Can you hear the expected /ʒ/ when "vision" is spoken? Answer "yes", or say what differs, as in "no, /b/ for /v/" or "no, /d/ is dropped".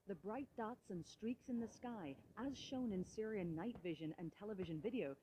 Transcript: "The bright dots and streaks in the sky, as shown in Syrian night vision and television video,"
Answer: yes